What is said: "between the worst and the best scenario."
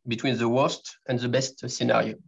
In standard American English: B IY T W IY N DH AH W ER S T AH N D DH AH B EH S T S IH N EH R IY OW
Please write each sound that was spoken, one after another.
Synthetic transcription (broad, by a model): B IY T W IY N DH AH W ER S T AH N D DH AH B EH S T S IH N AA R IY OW